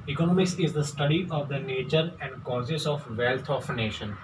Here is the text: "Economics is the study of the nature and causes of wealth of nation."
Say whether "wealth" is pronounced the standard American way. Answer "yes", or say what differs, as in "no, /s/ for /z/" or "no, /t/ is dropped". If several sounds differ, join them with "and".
no, /t/ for /θ/